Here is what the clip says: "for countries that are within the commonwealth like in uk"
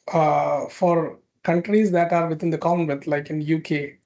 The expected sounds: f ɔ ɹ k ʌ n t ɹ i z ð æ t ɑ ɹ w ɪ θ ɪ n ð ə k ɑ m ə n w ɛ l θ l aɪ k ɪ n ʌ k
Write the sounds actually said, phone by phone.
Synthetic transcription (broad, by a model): f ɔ ɹ k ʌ n t ɹ i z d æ t ɑ ɹ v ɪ t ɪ n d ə k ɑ ə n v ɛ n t l aɪ k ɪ n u k